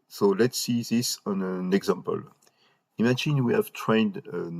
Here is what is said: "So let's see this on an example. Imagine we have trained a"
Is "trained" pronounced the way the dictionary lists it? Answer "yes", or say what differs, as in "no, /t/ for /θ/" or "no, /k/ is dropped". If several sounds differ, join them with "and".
yes